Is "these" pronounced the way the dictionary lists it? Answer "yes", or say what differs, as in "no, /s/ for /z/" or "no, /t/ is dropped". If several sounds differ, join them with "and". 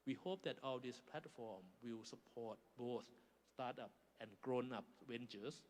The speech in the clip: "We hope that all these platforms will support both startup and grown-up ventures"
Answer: no, /s/ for /z/